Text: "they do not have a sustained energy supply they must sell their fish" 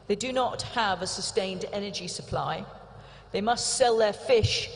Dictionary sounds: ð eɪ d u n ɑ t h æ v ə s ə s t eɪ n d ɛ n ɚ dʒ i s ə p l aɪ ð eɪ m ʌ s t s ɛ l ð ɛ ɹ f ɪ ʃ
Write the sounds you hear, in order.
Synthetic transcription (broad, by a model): ð eɪ d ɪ n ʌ t h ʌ v ə s ə s t eɪ n d ɛ n ɚ dʒ i s ə p l aɪ ð eɪ m ʌ s t s ɛ l ð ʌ ɹ f ɪ ʃ